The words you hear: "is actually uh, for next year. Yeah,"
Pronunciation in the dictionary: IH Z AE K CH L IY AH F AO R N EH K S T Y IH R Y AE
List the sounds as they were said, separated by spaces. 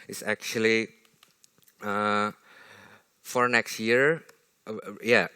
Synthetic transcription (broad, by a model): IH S AE K CH L IY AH F AO R N EH K S T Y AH R Y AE